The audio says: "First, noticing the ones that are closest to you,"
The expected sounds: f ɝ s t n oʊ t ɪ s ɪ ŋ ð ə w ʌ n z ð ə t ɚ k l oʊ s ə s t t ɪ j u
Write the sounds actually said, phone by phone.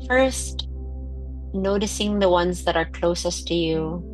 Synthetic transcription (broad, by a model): f ɝ s t n oʊ t ɪ s ɪ ŋ ð ə w ʌ n z ð ə t ɚ k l oʊ s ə s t t ɪ j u